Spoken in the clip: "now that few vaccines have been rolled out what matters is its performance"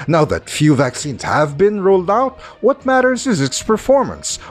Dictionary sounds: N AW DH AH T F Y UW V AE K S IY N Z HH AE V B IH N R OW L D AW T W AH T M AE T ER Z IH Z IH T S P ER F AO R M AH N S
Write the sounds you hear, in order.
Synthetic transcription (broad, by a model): N AW DH AH T F Y UW V AE K S IY N Z HH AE V B IH N R OW L D AW T W AH T M AE T ER Z IH Z IH T S P ER F AO R M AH N S